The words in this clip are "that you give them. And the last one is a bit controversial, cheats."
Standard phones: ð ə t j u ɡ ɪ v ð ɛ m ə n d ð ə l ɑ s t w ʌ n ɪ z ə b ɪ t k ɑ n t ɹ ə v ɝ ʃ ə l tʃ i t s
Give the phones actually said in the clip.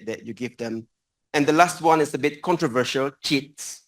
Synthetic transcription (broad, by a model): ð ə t j u ɡ ɪ v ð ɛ m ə n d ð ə l ɑ s t w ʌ n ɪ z ə b ɪ t k ɑ n t ɹ ə v ɝ ʃ ə l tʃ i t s